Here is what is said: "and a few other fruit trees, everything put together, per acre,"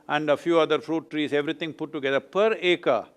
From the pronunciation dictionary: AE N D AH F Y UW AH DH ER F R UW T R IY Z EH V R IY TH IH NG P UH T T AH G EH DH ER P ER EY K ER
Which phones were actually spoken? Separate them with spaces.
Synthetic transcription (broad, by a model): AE N D AH F Y UW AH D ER F R UW T R IY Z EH V R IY T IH NG P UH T T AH G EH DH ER P ER EY K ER